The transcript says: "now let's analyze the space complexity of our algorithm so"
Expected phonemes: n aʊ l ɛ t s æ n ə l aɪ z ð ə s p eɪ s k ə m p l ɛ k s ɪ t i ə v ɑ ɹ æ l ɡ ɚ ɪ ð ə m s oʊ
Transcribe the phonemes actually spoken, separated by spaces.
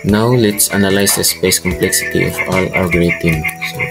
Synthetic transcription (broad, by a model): n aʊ l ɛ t s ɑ n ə l aɪ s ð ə s p eɪ s k ə m p l ɛ k s ɪ t i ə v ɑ l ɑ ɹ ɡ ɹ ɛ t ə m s